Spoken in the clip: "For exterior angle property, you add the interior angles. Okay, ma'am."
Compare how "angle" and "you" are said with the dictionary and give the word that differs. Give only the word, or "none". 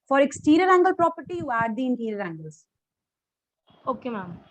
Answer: none